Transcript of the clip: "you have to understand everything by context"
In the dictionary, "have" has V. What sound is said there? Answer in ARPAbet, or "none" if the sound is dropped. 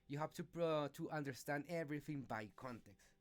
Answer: P